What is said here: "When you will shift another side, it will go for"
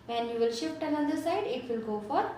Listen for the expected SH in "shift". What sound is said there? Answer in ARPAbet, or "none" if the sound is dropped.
SH